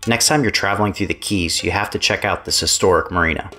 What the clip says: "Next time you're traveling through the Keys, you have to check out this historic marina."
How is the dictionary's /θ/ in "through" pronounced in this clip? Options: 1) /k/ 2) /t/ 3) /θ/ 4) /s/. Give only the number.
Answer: 3